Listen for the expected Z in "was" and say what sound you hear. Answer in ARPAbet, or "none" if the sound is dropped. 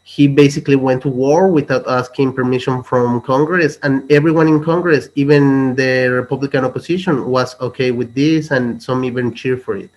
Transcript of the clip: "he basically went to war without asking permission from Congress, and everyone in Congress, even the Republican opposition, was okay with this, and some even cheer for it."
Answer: S